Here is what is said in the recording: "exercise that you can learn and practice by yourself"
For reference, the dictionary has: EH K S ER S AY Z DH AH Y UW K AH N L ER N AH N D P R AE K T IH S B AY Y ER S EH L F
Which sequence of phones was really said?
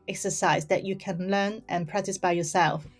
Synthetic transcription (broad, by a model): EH K S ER S AY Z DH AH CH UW K AH N L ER N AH N P R AE K T IH S B AY Y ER S EH L F